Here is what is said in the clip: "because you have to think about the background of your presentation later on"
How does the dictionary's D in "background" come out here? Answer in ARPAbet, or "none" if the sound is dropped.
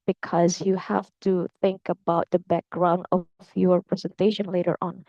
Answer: D